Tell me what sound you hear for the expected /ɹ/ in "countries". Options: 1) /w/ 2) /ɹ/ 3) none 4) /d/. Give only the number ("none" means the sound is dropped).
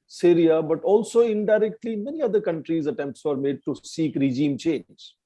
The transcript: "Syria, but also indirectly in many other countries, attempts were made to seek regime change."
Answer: 2